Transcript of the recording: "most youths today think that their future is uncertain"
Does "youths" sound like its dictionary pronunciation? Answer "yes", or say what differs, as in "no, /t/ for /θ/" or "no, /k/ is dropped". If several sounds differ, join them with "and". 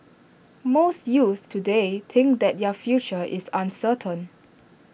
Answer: no, /s/ is dropped